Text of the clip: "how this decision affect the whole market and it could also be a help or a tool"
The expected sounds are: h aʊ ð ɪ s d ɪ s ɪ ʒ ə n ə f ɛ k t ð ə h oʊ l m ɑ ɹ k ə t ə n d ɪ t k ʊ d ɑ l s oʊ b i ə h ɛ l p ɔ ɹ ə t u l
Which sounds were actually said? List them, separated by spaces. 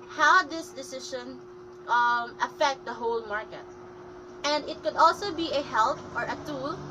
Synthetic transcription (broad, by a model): h aʊ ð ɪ s d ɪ s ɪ ʃ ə n ə f ɛ k t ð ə h oʊ l m ɑ ɹ k ə t ə n d ɪ t k ʊ d ɑ l s oʊ b i ə h ɛ l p ɔ ɹ ə t u l